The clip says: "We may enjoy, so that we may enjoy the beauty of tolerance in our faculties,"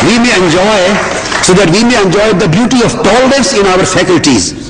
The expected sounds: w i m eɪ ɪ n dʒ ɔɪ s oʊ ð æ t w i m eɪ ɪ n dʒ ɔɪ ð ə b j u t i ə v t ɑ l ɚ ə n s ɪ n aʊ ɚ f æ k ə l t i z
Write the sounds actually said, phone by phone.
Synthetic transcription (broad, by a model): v i m eɪ ɪ n dʒ ɔɪ s oʊ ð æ t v i m eɪ ɪ n dʒ ɔɪ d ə b j u t i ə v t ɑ l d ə s ɪ n aʊ ɚ f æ k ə l t i z